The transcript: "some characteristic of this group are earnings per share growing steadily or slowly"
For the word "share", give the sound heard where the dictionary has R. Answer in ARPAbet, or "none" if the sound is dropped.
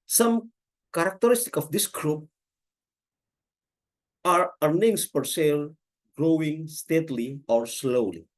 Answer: L